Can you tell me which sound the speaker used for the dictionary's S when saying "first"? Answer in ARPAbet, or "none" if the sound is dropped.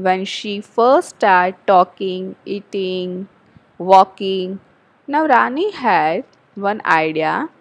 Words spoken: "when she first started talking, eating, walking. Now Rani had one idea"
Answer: none